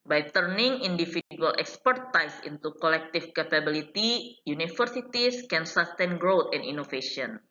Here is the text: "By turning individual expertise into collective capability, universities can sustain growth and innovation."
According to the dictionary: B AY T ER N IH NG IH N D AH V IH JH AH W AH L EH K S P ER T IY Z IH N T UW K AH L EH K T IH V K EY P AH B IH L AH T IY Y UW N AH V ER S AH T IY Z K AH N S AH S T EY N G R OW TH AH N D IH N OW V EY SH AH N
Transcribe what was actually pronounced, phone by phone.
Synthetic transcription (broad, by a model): B AY T ER N IH NG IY N D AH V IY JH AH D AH L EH K S P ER T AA S IH N T UW K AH L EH K T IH F K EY P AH B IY L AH T IY Y UW N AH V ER S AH T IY S K AH N S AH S T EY N G R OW T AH N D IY N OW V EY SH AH N